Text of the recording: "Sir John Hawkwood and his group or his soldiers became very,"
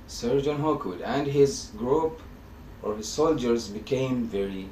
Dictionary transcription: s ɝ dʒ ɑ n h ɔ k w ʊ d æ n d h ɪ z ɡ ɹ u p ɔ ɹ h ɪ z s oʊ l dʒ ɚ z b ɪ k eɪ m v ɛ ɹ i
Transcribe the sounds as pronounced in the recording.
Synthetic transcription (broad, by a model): s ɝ dʒ ɑ n h ɔ k w ʊ d æ n d h ɪ z ɡ ɹ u p ɔ ɹ h ɪ z s oʊ l dʒ ɚ z b ɪ k eɪ m v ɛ ɹ i